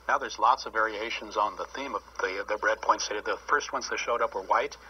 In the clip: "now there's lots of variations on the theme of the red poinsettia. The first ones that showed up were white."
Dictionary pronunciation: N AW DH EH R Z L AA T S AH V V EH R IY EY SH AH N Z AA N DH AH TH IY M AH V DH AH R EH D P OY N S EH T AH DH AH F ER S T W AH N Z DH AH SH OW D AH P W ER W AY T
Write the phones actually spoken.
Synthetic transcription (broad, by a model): N AW DH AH R Z L AA T S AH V V EH R IY EY SH AH N Z N DH AH TH IY M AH V DH AH R EH D P OY N S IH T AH DH AH F ER S T W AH N S DH AH SH OW D AH P W ER W AY T